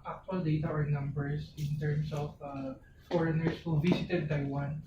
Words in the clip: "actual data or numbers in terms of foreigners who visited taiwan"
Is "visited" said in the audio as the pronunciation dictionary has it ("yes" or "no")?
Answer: no